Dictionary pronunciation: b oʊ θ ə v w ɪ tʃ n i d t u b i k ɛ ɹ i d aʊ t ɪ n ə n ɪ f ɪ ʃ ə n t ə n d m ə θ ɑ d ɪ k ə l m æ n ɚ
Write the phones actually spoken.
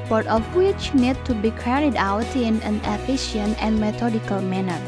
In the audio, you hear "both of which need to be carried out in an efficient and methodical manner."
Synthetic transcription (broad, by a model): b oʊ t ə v w ɪ tʃ n i d t u b i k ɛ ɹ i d aʊ t ɪ n ə n ɪ f ɪ ʃ ə n t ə n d m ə t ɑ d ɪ k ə l m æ n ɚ